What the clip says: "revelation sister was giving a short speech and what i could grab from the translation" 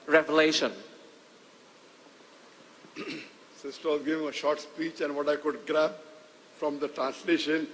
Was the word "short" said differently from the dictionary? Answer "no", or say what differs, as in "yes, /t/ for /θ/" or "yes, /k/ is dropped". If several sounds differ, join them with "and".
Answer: no